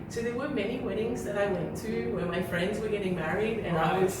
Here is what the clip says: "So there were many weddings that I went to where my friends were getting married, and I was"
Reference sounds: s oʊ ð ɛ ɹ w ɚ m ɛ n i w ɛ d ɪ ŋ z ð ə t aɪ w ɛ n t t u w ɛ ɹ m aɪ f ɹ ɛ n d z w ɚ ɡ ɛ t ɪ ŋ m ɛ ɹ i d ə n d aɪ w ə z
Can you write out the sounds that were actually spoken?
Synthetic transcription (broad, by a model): s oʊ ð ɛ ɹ w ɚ m ɛ n i w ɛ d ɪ ŋ z ð ə t aɪ w ɛ n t t u w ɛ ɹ m aɪ f ɹ ɛ n d z w ɚ ɡ ɛ t ɪ ŋ m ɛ ɹ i d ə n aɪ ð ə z